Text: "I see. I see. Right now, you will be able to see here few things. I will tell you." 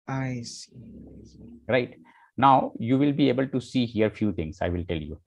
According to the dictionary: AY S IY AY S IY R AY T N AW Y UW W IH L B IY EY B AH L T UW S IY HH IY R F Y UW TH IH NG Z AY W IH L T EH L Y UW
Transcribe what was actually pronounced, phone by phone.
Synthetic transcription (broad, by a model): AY AY S IY R AY T N AW Y UW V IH L B IY EY B AH L T UW S IY HH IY R F Y UW T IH NG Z AY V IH L T EH L Y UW